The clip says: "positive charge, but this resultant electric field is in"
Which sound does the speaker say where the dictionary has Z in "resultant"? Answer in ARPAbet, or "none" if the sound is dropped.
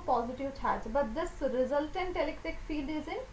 Z